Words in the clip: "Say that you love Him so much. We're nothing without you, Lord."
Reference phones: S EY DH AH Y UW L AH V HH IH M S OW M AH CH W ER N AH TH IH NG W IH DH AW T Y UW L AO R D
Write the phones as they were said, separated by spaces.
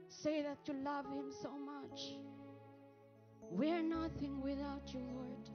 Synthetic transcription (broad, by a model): S EY DH AH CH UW L AH V HH IH M S OW M AH CH W ER N AH TH IH NG W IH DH AW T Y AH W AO R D